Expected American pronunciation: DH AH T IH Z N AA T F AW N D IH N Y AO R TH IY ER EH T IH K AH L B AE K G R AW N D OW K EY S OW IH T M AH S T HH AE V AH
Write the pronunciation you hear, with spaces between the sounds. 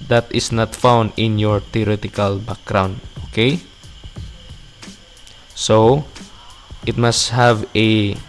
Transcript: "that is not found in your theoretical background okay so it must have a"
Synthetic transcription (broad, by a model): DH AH T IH S N AA T F AW N D IH N Y AO R T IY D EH T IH K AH L B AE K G R AW N D OW K EY S OW IH T M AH S T HH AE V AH